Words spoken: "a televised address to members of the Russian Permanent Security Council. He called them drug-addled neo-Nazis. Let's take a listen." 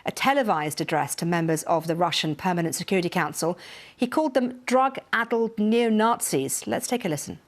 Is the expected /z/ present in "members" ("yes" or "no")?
yes